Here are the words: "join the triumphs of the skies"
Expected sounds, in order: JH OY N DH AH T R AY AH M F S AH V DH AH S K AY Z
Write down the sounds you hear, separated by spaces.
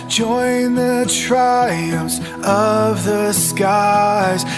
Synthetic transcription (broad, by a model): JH OY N DH AH T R AY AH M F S AH V DH AH S K AY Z